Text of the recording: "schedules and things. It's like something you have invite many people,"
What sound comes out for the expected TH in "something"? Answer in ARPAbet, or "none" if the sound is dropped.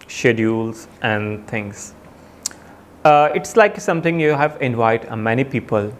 T